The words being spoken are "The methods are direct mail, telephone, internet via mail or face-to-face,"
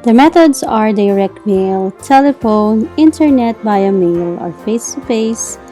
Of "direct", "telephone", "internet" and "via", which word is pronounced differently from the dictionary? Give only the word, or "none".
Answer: via